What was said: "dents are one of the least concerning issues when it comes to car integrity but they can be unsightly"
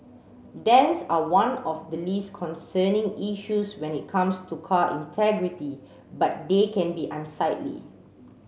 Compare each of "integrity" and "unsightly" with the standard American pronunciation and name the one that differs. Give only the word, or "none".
none